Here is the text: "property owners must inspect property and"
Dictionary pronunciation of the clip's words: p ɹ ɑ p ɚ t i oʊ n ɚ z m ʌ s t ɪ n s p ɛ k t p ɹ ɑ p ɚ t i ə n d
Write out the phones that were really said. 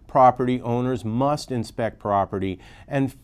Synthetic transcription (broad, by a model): p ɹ ɑ p ɚ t i oʊ n ɚ z m ʌ s t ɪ n s p ɛ k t p ɹ ɑ p ɚ t i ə n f